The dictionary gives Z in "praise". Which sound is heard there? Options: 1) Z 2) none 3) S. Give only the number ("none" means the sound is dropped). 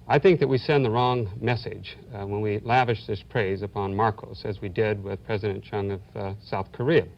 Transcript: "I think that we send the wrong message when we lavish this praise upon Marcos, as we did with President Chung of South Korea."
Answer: 1